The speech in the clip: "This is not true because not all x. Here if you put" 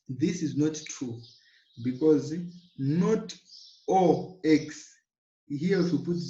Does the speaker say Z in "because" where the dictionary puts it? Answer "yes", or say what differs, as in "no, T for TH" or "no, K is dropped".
yes